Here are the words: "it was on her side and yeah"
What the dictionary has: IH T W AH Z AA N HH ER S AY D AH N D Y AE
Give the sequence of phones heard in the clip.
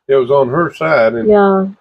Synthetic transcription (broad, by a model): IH T W AH Z N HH ER S AY D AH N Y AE